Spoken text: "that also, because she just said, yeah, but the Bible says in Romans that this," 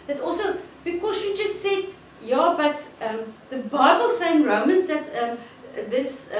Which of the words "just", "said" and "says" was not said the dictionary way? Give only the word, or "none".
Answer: says